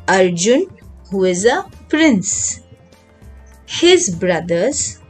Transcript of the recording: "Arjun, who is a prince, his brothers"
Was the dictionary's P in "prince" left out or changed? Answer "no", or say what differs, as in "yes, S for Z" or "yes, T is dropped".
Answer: no